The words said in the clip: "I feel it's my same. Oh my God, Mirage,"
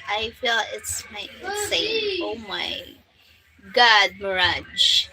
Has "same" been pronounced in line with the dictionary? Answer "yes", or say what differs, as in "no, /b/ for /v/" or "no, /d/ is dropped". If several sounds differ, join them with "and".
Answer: no, /m/ is dropped